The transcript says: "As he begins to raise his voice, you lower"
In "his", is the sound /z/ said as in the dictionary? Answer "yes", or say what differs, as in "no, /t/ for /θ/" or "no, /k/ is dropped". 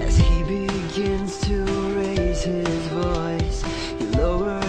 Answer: yes